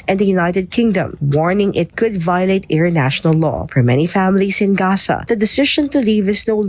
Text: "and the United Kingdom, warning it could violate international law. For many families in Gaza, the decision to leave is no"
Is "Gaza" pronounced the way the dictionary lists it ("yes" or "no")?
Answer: no